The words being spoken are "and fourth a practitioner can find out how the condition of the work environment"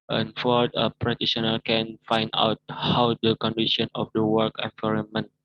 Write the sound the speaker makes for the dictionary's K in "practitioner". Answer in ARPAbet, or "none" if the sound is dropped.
none